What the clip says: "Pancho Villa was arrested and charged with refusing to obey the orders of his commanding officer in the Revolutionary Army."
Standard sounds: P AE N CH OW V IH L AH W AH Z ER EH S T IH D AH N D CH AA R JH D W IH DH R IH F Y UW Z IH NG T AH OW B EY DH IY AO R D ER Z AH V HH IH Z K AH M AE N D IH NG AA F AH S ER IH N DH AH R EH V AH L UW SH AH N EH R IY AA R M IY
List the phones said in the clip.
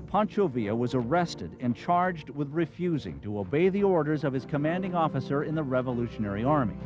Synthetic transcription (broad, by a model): P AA N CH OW V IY AH W AH Z ER EH S T IH D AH N CH AA R JH D W IH DH R IH F Y UW Z IH NG T AH OW B EY DH IY AO R D ER Z AH V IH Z K AH M AE N D IH NG AA F AH S ER IH N DH AH R EH V AH L UW SH AH N EH R IY AA R M IY